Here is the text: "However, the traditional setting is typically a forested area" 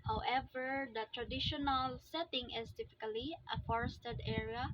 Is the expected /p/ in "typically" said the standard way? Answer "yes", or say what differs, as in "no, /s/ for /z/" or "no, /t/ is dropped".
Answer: no, /f/ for /p/